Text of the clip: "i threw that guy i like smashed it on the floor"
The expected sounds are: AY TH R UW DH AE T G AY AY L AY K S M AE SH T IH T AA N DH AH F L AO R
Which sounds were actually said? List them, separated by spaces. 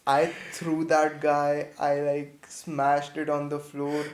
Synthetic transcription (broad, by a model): AY T R UW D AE T G AY AY L AY K S M AE SH T IH T AA N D AH F L AO R